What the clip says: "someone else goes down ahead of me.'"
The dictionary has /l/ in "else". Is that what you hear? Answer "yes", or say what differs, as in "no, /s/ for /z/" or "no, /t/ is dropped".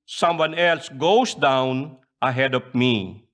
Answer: yes